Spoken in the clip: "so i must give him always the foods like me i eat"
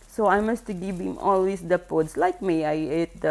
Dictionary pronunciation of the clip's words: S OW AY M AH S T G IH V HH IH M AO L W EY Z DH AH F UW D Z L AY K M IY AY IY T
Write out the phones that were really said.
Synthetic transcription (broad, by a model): S OW AY M AH S T G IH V HH IH M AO L W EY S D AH P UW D S L AY K M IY AY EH T